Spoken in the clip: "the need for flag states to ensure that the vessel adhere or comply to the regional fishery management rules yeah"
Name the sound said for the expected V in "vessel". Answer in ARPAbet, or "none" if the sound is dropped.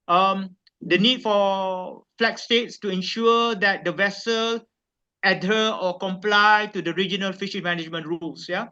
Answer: V